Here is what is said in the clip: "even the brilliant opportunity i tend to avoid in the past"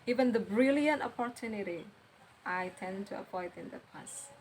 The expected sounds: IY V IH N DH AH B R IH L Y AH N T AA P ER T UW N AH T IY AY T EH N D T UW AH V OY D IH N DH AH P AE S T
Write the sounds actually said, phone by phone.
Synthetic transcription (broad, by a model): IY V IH N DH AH B R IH L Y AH N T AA P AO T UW N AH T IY AY T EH N T UW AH P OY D IH N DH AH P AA S